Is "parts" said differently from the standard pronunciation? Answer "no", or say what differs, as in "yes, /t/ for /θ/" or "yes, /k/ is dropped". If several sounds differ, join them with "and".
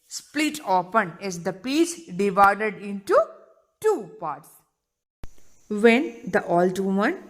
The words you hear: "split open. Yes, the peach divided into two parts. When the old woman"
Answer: no